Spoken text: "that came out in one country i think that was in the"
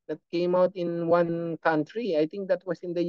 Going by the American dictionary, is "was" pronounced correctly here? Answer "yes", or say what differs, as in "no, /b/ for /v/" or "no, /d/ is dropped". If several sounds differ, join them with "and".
no, /s/ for /z/